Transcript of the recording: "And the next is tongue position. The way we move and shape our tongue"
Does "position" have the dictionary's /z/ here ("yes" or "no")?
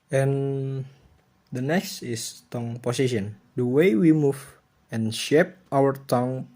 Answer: no